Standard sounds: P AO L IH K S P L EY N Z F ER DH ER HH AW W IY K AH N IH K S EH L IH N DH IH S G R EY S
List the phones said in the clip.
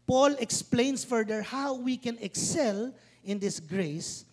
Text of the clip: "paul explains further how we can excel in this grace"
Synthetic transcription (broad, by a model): P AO L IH K S P L EY N S F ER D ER HH AW W IY K AH N IH K S EH L IH N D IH S G R EY S